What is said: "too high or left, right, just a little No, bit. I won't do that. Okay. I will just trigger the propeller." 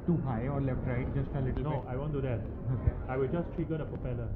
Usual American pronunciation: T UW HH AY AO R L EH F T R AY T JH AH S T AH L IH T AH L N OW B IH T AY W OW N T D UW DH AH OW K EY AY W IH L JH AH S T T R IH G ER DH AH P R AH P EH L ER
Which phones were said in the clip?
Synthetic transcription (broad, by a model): T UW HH AY AO R L EH F T R AY T JH AH S T AH L IH T AH L N OW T AY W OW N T D UW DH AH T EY AY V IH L JH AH S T T IY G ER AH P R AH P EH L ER